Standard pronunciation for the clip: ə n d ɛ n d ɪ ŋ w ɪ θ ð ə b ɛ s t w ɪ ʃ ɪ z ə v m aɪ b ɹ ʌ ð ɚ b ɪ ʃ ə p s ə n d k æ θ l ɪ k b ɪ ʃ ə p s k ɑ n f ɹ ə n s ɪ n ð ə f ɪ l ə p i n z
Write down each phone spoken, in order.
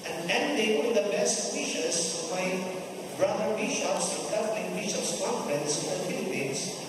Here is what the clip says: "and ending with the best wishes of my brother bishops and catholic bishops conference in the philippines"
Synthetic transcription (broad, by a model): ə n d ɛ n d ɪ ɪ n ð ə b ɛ s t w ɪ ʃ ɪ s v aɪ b ɹ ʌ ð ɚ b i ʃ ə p s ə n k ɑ f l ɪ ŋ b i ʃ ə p s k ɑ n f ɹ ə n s ɪ n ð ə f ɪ l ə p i n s